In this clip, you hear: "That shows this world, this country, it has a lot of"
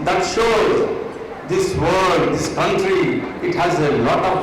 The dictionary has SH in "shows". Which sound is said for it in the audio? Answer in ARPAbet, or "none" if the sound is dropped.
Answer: SH